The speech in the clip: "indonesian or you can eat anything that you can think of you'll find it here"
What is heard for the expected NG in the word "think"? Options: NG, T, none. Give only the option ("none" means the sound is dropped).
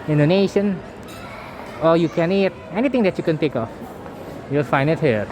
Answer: none